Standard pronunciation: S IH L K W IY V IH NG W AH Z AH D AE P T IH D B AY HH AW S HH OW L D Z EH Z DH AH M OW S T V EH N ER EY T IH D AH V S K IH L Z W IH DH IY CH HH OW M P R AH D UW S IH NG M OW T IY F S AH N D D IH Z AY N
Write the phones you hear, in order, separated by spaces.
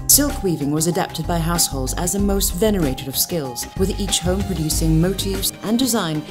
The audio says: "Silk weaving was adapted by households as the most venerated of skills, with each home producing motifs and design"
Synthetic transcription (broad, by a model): S IH L K W IY V IH NG W AH Z AH D AE P T IH D B AY HH AW S HH OW L D Z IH Z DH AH M OW S T V EH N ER EY T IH D AH V S K IH L Z W IH DH IY CH HH OW M P R AH D UW S IH NG M OW T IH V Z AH N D D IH Z AY N